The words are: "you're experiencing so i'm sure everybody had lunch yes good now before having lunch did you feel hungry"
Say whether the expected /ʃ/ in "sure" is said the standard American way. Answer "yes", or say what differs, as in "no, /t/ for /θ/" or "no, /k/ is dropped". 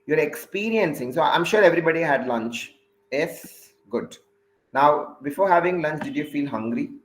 yes